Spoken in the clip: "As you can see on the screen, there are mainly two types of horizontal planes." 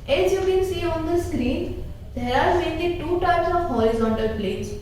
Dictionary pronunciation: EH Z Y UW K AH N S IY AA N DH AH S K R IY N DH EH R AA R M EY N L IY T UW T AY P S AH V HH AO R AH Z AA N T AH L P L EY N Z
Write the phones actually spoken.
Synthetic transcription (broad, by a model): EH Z Y UW K AH N S IY AA N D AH S K R IY N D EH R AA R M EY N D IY T UW T AY P S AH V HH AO AH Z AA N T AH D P L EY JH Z